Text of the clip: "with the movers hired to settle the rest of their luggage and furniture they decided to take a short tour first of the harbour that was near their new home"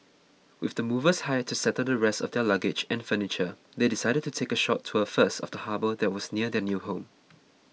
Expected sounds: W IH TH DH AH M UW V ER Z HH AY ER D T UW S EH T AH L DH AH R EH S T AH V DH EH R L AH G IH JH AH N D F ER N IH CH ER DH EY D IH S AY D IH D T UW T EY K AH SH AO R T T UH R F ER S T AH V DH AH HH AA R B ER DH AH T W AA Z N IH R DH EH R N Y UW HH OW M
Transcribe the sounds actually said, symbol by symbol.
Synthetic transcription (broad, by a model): W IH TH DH AH M UW V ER S HH AY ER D T UW S EH T AH L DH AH R EH S T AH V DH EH L AH G IH JH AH N F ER N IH CH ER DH EY D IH S AY D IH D T UW T EY K AH SH AO T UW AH F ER S T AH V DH AH HH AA B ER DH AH T W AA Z N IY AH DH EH N Y UW HH OW M